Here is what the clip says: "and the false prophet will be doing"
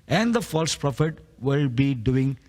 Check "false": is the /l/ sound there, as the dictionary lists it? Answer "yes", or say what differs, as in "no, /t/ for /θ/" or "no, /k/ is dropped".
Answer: yes